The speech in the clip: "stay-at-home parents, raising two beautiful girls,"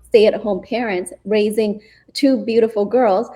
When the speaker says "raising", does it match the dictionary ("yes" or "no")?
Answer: yes